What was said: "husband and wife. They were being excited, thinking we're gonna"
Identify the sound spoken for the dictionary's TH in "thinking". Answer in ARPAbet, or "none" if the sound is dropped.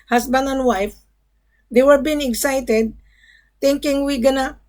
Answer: T